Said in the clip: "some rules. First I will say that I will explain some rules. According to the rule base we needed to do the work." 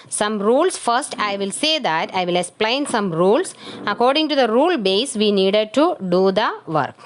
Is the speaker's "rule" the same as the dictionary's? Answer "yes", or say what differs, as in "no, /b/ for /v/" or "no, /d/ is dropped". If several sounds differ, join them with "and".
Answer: yes